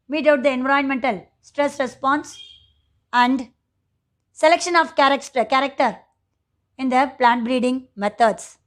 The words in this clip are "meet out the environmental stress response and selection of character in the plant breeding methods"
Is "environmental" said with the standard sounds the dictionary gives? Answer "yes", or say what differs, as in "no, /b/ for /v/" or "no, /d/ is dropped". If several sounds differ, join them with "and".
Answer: no, /ɹ/ is dropped